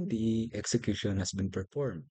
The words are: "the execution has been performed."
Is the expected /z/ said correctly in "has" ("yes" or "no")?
no